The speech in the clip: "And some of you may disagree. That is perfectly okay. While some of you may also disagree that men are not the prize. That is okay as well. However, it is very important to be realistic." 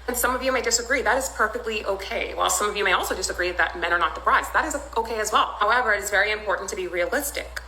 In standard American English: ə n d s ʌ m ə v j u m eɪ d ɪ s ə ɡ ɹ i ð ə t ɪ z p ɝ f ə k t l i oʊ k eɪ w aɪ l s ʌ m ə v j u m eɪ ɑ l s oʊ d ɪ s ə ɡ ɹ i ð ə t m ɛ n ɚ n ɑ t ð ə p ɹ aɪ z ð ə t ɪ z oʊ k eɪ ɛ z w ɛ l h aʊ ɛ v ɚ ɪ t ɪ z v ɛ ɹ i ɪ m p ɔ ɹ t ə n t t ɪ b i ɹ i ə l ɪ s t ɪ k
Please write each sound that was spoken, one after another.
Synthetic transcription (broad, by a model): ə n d s ʌ m ə v j u m eɪ d ɪ s ə ɡ ɹ i ð ə t ɪ z p ɝ f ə k t l i oʊ k eɪ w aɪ l s ʌ m ə v j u m eɪ ɑ l s oʊ d ɪ s ə ɡ ɹ i ð ə t m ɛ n ɚ n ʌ t ð ə b ɹ aɪ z ð ə t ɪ z oʊ k eɪ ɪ z w ɛ l h aʊ ɛ v ɚ ɪ t ɪ z v ɛ ɹ i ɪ m p ɔ ɹ t n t t ɪ b i ɹ i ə l ɪ s t ɪ k